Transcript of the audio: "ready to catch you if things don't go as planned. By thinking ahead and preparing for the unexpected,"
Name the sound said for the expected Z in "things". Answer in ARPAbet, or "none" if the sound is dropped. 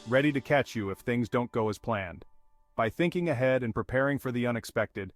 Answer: Z